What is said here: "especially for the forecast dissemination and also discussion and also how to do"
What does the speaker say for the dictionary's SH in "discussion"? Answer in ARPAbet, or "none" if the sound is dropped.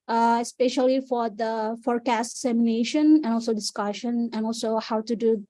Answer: SH